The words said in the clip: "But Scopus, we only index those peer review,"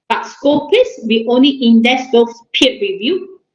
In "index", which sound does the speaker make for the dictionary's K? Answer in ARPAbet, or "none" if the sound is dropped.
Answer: none